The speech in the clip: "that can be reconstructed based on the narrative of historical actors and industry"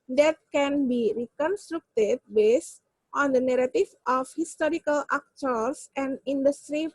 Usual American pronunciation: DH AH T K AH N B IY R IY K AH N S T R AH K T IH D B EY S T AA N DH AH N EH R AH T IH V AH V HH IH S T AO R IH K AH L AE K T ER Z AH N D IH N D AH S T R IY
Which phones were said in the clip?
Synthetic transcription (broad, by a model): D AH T K AH N B IY R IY K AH N S T R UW K T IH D B EY S T AA N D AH N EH R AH T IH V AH F HH IH S T AO R IH K AH L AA K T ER S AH N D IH N D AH S T R IY